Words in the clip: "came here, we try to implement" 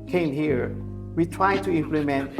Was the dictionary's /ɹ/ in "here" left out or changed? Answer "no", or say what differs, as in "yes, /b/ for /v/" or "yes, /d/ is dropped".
no